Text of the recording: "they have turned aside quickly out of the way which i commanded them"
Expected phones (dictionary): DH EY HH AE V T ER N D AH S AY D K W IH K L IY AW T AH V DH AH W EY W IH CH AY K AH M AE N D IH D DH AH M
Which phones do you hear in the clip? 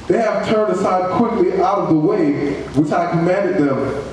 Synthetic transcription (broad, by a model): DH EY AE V T ER N D AH S AY D K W IH K L IY AW T AH V DH AH W EY W IH CH AY K AH M AE N D IH D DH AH M